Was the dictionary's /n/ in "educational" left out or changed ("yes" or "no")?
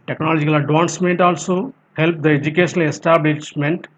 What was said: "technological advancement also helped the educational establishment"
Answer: yes